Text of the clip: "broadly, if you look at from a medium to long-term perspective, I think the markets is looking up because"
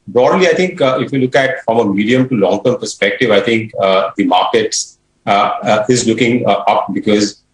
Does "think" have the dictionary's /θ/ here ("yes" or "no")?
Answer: no